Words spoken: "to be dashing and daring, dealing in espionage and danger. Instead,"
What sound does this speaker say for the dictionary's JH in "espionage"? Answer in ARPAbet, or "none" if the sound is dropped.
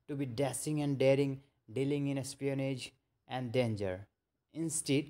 JH